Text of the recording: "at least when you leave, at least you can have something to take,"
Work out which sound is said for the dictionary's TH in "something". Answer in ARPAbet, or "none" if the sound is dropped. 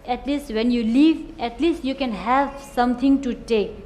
T